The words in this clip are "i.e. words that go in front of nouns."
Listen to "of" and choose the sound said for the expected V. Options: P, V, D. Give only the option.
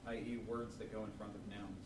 V